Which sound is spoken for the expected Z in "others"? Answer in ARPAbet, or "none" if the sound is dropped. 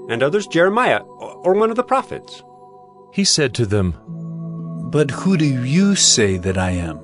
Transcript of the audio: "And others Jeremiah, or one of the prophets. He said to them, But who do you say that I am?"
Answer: Z